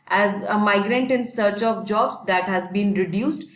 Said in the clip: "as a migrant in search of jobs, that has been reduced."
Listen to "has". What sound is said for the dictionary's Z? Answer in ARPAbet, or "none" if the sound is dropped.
Z